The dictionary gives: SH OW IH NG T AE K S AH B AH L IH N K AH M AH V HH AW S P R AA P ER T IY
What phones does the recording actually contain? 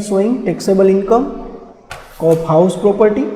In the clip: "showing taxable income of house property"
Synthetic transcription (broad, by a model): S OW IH NG T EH K S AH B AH L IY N K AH M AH P HH AW S P R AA P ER T IY